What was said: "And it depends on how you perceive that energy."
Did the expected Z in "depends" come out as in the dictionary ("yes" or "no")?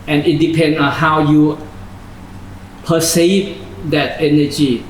no